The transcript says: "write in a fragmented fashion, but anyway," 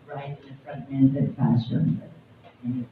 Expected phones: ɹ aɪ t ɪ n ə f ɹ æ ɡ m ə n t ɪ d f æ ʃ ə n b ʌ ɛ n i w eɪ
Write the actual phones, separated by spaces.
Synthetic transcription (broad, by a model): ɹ aɪ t ɪ n ə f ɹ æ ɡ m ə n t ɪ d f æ s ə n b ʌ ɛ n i